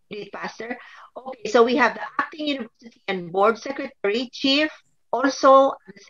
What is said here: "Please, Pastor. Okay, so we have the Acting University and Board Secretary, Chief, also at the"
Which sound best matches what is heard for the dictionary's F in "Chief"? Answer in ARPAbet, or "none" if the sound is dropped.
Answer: F